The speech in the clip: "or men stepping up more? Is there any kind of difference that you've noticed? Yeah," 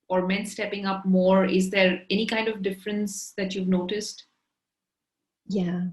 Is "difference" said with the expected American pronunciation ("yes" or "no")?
yes